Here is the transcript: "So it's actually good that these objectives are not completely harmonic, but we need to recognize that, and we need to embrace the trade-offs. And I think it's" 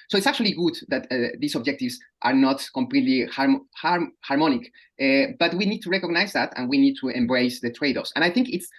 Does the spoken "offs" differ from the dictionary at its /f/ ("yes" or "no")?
yes